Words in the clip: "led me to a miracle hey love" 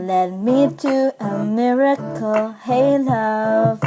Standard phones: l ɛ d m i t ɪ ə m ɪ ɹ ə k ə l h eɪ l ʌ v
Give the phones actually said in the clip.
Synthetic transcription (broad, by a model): l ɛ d m i t ɪ ə m ɪ ɹ ə k ə l h eɪ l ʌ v